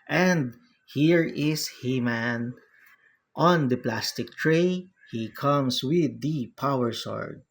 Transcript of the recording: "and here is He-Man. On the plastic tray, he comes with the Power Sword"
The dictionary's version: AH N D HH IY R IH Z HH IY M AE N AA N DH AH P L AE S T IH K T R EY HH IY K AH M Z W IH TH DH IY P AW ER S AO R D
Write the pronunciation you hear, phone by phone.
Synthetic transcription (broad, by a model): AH N D HH IY R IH S HH IY M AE N AA N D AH P L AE S T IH K T R EY HH IY K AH M S W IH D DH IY P AW ER S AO R D